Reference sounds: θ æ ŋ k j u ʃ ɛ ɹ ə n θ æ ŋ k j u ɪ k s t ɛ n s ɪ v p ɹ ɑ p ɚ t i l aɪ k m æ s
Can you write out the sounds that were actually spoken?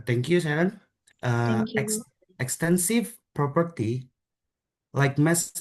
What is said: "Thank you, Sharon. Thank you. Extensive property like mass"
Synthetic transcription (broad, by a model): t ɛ ŋ k j u s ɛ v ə n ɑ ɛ k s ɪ k s t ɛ n s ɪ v p ɹ ɑ p ɚ t i l aɪ k m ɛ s